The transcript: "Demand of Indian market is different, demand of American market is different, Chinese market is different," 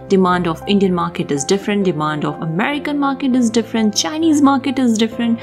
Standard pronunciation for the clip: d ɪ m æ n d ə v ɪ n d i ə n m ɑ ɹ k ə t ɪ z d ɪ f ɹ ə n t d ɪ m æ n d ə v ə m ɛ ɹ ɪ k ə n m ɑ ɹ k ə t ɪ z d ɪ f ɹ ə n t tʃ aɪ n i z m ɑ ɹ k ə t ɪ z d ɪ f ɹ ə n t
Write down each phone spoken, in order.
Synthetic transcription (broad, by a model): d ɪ m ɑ n d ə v ɪ n d i ə n m ɑ ɹ k ə t ɪ z d ɪ f ɹ ə n t d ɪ m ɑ n d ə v ə m ɛ ɹ ɪ k ə n m ɑ ɹ k ə t ɪ z d ɪ f ɹ ə n t tʃ aɪ n i z m ɑ ɹ k ə t ɪ z d ɪ f ɹ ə n t